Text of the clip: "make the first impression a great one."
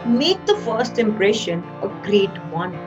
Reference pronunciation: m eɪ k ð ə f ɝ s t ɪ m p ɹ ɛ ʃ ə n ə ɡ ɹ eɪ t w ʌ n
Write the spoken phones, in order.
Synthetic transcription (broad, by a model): m eɪ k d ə f ɝ s t ɪ m p ɹ ɛ ʃ ə n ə ɡ ɹ eɪ t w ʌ n